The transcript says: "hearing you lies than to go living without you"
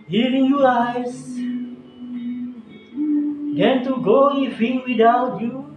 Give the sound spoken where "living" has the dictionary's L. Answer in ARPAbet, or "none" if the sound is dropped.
N